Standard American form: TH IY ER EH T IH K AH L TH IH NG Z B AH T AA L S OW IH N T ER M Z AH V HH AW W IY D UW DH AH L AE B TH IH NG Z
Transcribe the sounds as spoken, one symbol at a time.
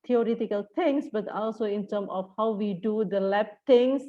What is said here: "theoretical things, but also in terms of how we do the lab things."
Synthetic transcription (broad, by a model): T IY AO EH T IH K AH L T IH NG S B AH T AA L S OW IH N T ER M AH F HH AW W IY D UW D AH L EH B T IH NG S